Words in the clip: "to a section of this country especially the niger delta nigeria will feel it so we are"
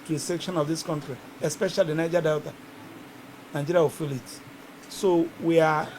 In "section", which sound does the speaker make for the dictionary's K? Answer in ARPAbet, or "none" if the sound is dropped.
K